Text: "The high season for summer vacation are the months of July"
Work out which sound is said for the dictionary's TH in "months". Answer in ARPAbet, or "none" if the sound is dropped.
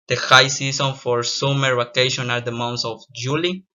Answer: T